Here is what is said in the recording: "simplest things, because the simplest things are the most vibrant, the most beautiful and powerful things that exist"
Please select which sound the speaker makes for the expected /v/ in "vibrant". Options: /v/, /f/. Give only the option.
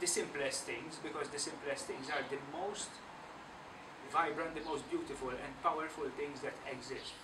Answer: /v/